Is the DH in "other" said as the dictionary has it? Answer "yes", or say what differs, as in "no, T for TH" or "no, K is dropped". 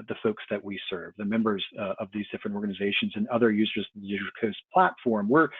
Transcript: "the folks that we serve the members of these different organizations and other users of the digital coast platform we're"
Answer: yes